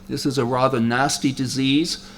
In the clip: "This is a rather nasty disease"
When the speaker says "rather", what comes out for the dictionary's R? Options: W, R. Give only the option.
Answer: R